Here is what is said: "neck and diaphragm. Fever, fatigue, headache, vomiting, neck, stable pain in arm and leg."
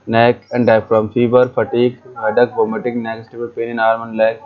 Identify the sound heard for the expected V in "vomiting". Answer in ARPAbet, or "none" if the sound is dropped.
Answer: B